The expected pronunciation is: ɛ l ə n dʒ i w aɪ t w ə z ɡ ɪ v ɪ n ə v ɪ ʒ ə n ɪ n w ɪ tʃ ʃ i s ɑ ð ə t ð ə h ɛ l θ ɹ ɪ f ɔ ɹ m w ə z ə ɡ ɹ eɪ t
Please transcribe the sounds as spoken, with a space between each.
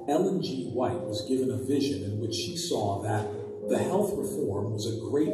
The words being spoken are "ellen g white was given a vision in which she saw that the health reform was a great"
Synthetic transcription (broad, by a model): ɛ l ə n dʒ i w aɪ t w ə z ɡ ɪ v ɪ n ə v ɪ ʒ ə n ɪ n w ɪ tʃ ʃ i s ɑ ð ə t ð ə h ɛ l θ ɹ ɪ f ɔ ɹ m w ə z ə ɡ ɹ eɪ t